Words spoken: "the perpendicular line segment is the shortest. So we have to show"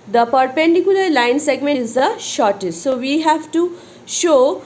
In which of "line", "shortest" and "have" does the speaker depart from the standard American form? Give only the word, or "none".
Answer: none